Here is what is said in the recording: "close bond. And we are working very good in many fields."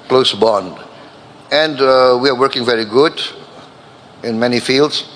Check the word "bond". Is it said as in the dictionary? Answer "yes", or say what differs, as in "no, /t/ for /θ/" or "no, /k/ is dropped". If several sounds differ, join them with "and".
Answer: yes